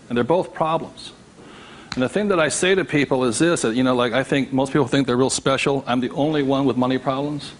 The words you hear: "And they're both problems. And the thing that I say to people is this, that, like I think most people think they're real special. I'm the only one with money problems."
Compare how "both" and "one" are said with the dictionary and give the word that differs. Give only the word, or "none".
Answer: none